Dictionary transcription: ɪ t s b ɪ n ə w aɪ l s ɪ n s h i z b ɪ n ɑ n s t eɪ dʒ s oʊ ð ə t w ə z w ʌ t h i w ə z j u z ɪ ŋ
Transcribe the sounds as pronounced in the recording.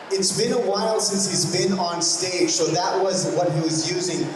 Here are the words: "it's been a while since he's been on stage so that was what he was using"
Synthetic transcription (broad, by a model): ɪ t s b ɪ n ə w aɪ l s ɪ n s h i z b ɪ n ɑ n s t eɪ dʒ s oʊ ð ə t w ə z w ʌ t h i w ə z j u z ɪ ŋ